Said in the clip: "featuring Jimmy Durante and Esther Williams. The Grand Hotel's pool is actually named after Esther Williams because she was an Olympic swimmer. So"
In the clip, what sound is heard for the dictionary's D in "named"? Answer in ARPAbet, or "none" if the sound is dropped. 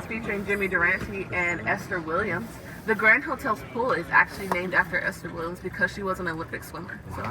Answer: D